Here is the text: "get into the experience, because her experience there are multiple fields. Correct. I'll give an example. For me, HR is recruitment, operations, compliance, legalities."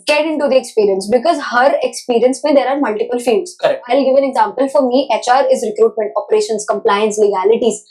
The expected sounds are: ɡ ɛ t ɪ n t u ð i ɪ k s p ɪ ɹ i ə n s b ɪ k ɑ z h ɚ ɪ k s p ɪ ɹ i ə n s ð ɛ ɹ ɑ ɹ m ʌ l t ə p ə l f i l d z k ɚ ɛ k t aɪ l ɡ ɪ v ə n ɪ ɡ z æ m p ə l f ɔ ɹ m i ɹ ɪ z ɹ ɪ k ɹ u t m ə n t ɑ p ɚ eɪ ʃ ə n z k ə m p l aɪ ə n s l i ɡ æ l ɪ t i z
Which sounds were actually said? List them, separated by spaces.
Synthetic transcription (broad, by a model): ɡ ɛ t ɪ n t u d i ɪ k s p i ɹ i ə n s b ɪ k ɑ z h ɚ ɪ k s p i ɹ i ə n s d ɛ ɹ ɑ ɹ m ʌ l t ə p ə l f i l d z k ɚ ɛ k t aɪ l ɡ ɪ v ə n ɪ ɡ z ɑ m p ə l f ɔ ɹ m i ɹ ɪ z ɹ ɪ k ɹ u t m ə n t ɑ p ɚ eɪ ʃ ə n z k ə m p l aɪ ə n s l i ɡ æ l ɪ t i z